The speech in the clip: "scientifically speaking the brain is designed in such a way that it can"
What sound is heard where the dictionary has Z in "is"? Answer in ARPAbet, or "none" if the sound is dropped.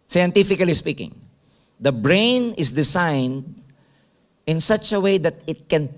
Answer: S